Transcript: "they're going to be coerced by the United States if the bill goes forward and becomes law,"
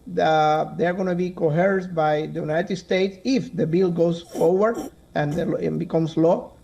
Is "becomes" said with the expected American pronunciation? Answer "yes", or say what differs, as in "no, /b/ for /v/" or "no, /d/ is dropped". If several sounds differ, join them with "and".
no, /s/ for /z/